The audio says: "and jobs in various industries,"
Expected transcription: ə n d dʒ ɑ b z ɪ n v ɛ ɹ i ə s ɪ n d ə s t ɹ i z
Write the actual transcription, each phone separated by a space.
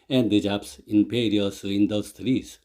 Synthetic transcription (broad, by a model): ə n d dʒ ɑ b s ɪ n p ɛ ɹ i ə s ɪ n d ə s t ɹ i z